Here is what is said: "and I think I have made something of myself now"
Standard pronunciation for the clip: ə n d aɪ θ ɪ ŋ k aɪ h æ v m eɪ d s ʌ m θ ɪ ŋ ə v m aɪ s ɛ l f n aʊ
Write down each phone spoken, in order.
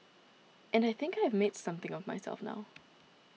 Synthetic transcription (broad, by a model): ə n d aɪ θ ɪ ŋ k aɪ v m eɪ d s ʌ m θ ɪ ŋ ə v m aɪ s ɛ l f n aʊ